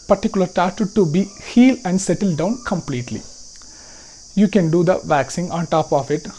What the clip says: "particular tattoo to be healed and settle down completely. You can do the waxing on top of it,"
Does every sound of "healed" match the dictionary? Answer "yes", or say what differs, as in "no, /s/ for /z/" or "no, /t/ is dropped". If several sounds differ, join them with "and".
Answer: no, /d/ is dropped